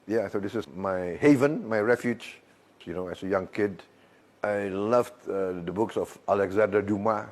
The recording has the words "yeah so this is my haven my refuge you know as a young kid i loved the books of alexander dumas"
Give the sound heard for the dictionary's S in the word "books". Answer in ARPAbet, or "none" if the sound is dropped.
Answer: S